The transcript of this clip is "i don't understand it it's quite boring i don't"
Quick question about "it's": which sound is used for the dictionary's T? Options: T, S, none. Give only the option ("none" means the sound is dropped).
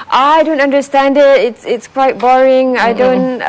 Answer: T